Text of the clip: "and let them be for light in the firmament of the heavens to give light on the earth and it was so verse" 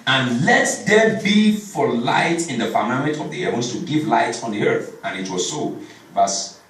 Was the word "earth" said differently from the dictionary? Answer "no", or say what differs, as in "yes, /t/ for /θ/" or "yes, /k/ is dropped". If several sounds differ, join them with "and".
no